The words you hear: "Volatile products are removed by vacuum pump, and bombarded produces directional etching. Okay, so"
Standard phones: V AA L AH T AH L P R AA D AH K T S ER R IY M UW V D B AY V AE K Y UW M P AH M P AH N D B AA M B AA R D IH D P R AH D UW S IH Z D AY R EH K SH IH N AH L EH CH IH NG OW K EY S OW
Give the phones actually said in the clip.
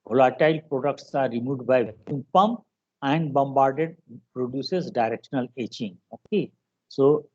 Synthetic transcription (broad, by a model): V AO L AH T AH L P R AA D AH K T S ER R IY M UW D B AY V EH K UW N P AH M P AH N D B AA M B AA R D IH D P R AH D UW S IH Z D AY R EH K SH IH N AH L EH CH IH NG OW K EY S OW